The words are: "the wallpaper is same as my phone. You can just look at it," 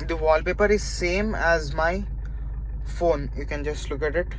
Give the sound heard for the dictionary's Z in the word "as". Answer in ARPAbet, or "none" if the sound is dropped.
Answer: Z